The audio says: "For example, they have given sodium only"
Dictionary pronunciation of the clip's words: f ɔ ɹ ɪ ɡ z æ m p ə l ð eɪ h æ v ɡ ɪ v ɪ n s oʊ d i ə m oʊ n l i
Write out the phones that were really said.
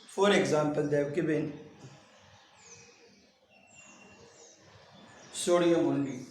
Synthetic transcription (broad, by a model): f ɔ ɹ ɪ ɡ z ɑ m p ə l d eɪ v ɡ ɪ b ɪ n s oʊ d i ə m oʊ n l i